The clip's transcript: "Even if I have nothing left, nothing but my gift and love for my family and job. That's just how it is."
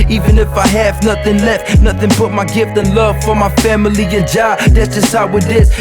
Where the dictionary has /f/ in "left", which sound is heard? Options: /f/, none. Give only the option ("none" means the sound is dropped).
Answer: /f/